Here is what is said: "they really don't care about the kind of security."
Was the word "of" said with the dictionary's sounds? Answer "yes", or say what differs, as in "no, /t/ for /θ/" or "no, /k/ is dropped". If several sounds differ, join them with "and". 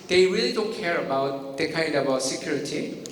no, /w/ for /v/